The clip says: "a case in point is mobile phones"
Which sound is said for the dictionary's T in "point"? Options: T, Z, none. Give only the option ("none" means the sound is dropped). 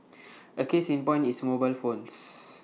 none